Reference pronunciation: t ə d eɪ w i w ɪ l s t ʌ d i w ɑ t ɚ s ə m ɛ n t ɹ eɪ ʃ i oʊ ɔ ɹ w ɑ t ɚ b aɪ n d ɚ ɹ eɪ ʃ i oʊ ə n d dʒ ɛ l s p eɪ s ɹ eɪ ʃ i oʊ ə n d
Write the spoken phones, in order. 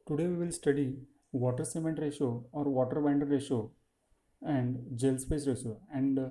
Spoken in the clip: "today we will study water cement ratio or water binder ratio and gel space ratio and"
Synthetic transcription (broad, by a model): t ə d eɪ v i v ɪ l s t ʌ d i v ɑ t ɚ s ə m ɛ n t ɹ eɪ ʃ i oʊ ɔ ɹ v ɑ t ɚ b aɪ n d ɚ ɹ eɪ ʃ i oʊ ə n d dʒ ɛ l s p eɪ s ɹ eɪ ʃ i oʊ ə n d